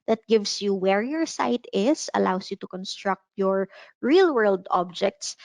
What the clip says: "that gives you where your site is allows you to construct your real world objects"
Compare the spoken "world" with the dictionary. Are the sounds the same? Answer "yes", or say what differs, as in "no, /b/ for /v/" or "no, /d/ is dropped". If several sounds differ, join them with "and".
yes